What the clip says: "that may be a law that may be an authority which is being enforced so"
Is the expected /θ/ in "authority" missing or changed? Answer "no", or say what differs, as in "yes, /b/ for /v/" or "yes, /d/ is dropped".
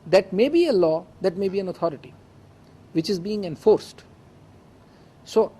yes, /t/ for /θ/